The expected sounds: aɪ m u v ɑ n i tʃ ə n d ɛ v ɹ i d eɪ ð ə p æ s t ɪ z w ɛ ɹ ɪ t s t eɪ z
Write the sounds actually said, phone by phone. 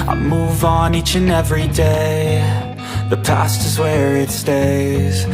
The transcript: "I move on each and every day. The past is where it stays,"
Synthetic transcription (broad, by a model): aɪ m u v n i tʃ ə n ɛ v ɹ i d eɪ ð ə p æ s t ɪ z w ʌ ɹ ɪ t s t eɪ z